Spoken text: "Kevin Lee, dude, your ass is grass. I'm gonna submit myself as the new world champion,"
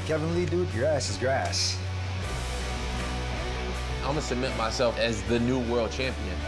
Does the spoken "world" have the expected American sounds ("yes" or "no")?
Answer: yes